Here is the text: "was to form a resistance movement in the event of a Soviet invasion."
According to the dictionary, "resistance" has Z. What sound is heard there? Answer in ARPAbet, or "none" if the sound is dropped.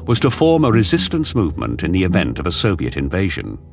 Z